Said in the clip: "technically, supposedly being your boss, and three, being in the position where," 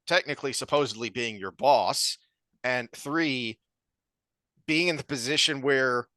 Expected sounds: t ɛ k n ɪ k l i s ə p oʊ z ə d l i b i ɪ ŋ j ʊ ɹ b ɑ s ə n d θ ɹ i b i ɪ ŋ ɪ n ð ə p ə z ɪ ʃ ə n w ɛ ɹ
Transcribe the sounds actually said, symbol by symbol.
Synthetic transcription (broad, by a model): t ɛ k n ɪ k l i s ə p oʊ z ə d l i b i ɪ ŋ j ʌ ɹ b ɑ s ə n θ ɹ i b i ɪ ŋ ɪ n ð ə p ə z ɪ ʃ ə n w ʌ ɹ